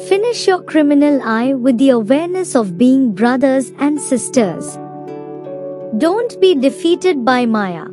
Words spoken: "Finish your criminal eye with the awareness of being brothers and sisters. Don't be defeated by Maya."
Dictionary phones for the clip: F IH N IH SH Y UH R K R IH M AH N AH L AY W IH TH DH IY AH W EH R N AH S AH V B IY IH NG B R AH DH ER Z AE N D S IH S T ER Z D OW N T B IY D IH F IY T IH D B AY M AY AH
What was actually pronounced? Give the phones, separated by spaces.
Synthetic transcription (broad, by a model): F IH N IH SH Y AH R K R IH M AH N AH L AY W IH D IY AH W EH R N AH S AH V B IY IH NG B R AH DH ER Z AE N D S IH S T ER Z D OW N T B IY D IH F IY T IH D B AY M AY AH